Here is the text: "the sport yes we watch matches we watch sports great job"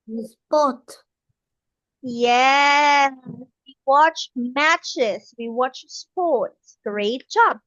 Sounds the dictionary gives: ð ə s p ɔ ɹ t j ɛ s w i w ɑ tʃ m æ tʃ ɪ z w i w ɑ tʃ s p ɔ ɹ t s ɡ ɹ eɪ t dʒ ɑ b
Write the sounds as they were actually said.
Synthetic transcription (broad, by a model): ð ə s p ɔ t j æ w i w ɑ tʃ m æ tʃ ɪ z w i w ɑ tʃ s p ɔ ɹ t s ɡ ɹ eɪ t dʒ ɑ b